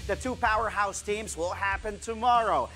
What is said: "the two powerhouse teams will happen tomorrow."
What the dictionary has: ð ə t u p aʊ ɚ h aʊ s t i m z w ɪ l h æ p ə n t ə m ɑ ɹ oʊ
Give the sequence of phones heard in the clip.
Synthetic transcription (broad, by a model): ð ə t u p aʊ ɚ h aʊ s t i m z w ɪ l h æ p ə n t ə m ɑ ɹ oʊ